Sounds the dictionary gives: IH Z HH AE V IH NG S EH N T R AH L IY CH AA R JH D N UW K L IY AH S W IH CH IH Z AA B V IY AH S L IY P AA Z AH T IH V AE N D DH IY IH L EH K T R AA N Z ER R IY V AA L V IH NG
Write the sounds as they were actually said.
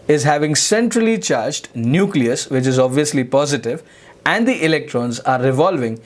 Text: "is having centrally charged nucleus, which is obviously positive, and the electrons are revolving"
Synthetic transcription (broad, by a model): IH Z HH AE V IH NG S EH N T R AH L IY CH AA R JH D N UW K L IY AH S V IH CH IH Z AA B V IY AH S L IY P AA Z AH T IH V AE N D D IY IH L EH K T R AA N Z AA R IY V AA L V IH NG